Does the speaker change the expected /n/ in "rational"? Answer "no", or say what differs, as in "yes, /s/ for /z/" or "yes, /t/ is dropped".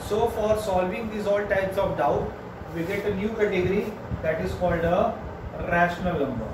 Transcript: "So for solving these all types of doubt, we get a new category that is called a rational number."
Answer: no